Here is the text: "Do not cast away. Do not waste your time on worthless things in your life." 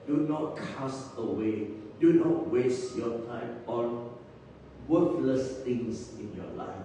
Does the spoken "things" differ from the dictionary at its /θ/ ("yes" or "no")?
yes